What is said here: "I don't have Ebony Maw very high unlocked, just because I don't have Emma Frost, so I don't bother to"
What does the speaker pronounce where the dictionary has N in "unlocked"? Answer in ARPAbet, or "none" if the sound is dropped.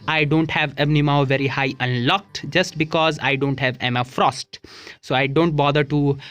N